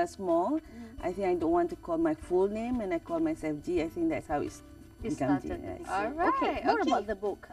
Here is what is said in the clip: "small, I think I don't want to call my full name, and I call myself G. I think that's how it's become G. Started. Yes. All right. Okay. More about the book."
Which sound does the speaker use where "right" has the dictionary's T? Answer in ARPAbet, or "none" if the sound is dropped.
none